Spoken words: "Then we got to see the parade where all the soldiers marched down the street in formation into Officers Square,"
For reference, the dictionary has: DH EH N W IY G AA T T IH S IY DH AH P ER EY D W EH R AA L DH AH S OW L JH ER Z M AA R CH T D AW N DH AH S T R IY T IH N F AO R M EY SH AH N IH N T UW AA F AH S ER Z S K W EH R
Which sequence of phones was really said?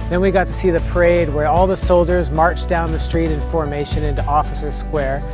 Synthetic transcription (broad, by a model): DH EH N W IY G AA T T IH S IY DH AH P ER EY D W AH R AA L DH AH S OW L JH ER Z M AA R CH D AW N DH AH S T R IY T IH N F AO R M EY SH AH N IH N T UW AA F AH S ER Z S K W EH R